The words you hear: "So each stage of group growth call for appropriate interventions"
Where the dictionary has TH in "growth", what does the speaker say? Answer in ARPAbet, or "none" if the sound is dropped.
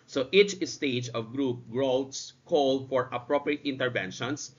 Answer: S